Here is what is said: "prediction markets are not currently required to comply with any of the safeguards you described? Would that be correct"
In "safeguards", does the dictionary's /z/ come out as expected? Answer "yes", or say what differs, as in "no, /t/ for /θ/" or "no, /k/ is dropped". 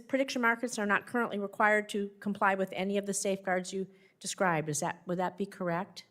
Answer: yes